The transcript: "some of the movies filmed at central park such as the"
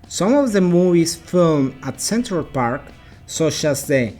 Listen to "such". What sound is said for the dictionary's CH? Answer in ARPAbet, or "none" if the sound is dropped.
CH